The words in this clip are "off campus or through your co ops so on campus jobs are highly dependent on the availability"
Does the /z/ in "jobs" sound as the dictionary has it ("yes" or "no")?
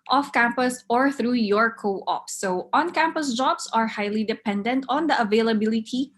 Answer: no